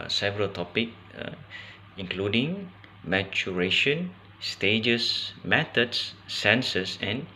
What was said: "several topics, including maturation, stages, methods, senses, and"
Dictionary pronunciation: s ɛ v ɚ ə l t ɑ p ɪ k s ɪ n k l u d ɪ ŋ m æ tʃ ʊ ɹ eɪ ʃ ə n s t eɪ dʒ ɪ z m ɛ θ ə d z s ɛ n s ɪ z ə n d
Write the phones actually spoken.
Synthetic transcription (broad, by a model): s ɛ v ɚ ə l t ɑ p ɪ k ɪ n k l u d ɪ ŋ m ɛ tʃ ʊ ɹ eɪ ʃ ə n s t eɪ dʒ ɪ s m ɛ t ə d s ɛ n s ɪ s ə n